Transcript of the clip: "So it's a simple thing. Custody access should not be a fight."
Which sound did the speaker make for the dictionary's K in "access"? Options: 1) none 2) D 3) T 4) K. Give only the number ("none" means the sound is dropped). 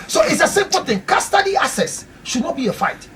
1